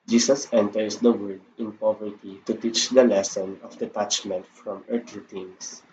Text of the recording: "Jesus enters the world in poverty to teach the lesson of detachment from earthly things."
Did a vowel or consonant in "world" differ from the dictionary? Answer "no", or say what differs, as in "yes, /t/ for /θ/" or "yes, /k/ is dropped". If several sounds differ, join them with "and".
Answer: yes, /l/ is dropped